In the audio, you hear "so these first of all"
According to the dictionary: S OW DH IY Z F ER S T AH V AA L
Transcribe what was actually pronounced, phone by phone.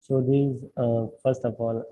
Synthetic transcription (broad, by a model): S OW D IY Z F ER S T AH P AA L